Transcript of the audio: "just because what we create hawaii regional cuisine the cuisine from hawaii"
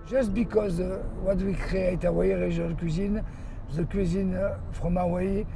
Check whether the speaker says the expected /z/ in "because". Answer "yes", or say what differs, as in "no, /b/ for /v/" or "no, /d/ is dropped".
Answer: yes